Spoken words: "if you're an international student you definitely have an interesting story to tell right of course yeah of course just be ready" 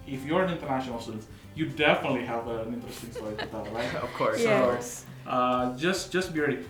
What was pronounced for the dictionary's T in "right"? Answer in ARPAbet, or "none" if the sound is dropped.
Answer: none